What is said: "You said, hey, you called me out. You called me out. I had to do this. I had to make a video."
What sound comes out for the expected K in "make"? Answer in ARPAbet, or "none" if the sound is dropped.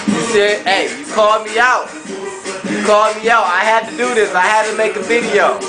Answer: K